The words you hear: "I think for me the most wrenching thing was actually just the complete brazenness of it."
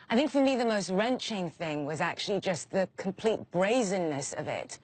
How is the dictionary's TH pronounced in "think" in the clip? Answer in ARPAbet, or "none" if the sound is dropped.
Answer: TH